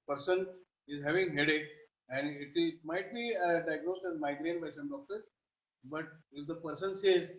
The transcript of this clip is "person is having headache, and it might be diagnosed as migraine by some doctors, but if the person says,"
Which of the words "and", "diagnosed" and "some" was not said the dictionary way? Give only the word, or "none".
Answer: none